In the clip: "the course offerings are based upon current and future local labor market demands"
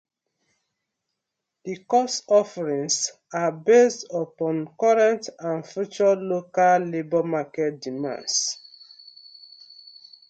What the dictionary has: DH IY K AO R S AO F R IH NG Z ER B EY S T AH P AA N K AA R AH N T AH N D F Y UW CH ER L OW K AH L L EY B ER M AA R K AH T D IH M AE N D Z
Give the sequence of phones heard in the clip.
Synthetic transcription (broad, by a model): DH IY K AO S AO F R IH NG S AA B EY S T AH P AA N K AA R AH N T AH N F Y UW CH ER L OW K AH L L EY B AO M AA K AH T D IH M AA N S